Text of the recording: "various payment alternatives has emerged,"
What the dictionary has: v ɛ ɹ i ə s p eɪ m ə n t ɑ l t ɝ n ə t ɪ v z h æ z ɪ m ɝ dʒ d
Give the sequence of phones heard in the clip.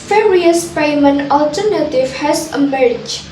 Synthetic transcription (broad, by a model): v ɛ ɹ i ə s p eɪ m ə n ɑ l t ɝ n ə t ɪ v h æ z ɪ m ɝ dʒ